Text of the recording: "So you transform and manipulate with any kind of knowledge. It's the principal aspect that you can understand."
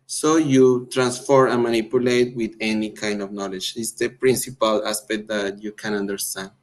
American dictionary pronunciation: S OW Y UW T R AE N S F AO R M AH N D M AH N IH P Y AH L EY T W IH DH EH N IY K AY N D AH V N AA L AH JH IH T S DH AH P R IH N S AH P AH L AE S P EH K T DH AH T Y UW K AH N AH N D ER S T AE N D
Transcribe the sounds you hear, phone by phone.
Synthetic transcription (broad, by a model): S OW Y UW T R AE N S F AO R AH N M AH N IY P Y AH L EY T W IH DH EH N IY K AY N D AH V N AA L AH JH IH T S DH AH P R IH N S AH P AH L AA S P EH K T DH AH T Y UW K AH N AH N D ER S T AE N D